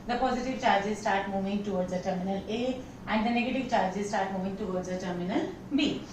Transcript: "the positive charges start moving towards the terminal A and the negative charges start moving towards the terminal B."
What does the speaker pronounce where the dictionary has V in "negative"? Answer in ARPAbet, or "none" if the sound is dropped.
V